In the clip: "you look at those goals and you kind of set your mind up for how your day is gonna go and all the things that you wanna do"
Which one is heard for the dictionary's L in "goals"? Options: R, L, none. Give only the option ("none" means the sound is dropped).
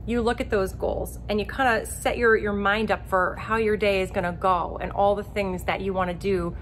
L